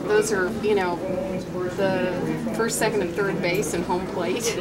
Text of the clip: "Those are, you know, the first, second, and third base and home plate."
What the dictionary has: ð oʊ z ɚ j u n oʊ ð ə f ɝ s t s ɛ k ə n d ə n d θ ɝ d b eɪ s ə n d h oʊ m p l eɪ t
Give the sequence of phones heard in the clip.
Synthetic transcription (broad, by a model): ð oʊ z ɚ j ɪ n oʊ ð ə f ɝ s t s ɛ k ə n d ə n θ ɝ d b eɪ s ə n h oʊ m p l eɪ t